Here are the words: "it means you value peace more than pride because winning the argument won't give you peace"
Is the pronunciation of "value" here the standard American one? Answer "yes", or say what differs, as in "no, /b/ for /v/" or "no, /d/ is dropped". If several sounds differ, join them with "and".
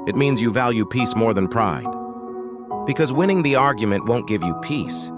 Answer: yes